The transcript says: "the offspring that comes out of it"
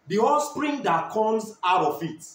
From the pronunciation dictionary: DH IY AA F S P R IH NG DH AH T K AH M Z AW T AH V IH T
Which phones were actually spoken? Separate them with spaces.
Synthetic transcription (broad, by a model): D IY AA S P R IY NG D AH T K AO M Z AW T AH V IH T